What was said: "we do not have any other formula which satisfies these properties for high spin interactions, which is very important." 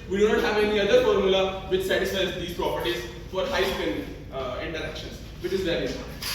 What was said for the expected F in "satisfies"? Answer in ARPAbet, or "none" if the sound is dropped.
none